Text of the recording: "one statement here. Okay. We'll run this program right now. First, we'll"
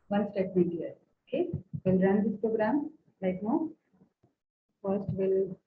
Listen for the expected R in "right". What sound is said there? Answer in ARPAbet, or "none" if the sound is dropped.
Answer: L